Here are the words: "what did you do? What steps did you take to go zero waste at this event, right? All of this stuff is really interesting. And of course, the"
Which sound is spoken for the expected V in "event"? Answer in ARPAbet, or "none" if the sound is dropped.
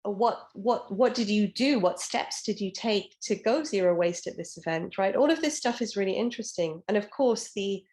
V